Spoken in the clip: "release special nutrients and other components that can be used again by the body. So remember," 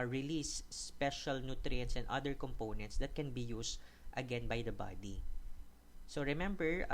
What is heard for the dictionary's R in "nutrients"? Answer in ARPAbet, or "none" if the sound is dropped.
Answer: R